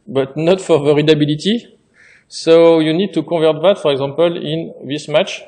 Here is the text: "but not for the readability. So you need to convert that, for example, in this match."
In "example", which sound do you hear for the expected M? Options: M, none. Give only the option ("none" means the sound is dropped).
none